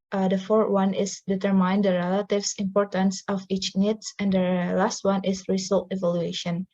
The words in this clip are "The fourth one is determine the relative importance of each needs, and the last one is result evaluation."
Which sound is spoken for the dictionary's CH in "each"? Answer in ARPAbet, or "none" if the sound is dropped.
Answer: CH